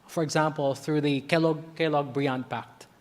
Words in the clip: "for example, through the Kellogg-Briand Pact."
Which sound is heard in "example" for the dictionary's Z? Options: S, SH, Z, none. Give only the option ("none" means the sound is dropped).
Z